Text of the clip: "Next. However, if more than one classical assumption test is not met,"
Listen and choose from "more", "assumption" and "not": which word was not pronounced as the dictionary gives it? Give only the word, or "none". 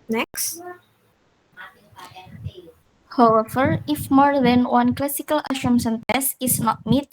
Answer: assumption